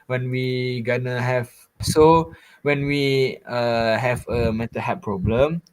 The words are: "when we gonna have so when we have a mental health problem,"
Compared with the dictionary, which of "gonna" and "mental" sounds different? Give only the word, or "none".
mental